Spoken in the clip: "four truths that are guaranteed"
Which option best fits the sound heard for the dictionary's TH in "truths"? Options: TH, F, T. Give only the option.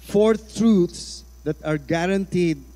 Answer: T